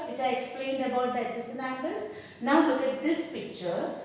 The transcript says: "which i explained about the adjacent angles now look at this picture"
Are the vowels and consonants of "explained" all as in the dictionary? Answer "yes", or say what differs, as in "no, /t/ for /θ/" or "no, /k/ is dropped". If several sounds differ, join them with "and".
yes